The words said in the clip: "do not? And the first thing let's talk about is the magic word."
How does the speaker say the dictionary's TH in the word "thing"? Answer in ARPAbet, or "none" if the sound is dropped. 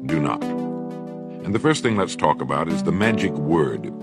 TH